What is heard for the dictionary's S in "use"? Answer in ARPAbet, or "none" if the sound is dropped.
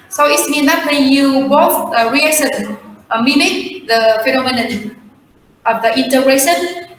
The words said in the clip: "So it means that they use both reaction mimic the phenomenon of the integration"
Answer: none